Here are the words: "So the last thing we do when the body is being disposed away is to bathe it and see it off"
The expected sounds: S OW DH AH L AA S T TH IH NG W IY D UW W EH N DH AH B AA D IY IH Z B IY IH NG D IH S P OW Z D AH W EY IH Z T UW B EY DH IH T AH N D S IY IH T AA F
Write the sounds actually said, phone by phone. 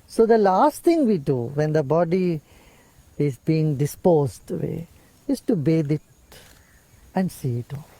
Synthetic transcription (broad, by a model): S OW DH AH L AA S T T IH NG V IY D UW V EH N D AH B AA D IY IH Z B IY IH NG D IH S P OW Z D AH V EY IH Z T UW B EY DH IH T AH N D S IY IH T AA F